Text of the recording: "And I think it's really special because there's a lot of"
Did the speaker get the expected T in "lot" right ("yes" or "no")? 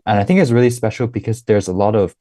yes